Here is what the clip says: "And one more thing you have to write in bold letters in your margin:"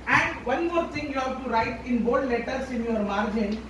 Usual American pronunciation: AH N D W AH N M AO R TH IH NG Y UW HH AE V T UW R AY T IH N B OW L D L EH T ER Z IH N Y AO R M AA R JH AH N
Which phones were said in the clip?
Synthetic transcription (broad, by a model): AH N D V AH N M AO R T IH NG Y UW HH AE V T UW R AY T IH N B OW D L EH T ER S IH N Y AO R M AA R JH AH N